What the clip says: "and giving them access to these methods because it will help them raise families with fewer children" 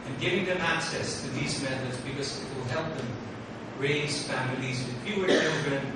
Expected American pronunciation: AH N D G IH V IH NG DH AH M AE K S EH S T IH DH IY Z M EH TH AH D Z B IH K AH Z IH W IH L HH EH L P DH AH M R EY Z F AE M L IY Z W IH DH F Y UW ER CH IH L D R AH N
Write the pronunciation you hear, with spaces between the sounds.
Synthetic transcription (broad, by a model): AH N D G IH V IH NG DH AH M AE K S EH S T IH DH IY Z M EH TH AH D Z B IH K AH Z IH W IH L HH EH L P DH AH M R EY Z F AE M L IY Z W IH DH P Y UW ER CH IH L D R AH N